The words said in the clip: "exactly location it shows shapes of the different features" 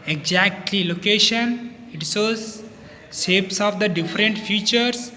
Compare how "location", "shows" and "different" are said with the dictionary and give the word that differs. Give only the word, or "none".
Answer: shows